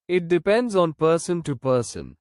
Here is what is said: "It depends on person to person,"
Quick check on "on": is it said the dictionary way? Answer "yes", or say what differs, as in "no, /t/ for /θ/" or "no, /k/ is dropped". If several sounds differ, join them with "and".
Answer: yes